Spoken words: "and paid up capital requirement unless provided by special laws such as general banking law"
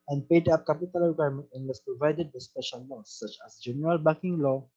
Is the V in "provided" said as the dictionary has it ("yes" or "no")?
yes